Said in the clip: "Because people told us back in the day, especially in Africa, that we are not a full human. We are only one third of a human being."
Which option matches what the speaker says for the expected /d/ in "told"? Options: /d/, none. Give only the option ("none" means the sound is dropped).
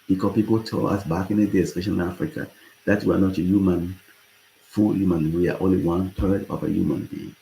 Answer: none